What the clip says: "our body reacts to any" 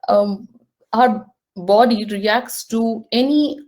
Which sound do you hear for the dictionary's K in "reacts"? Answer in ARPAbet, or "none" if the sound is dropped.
K